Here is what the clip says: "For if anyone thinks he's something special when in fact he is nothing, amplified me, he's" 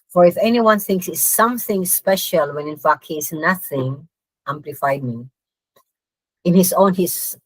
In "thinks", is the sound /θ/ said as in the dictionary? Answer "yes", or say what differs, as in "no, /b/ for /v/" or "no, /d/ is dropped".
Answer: yes